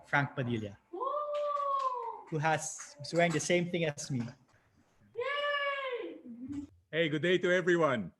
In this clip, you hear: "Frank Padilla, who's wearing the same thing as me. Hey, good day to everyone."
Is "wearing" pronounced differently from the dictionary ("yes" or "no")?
yes